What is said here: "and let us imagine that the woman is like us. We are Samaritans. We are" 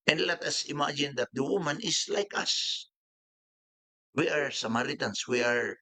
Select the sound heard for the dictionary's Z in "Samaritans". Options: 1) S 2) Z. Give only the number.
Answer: 1